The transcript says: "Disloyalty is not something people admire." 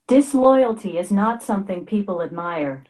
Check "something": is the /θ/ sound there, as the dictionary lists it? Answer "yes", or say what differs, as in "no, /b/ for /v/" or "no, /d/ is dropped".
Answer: yes